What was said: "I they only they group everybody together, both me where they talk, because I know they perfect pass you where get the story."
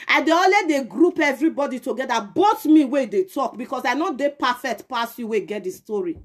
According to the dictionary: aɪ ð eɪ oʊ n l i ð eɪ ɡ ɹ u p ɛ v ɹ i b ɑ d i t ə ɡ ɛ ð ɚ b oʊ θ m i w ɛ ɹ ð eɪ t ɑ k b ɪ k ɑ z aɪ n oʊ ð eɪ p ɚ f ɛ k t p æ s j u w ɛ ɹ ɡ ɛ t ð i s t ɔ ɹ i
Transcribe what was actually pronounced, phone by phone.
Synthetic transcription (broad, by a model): aɪ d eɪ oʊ l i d eɪ ɡ ɹ u p ɛ v ɹ i b ɑ d i t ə ɡ ɛ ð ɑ b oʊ t m i w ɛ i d eɪ t ɑ k b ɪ k ɑ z aɪ n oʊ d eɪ p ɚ f ɛ k t p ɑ s j u w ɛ ɡ ɛ t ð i s t ɔ ɹ i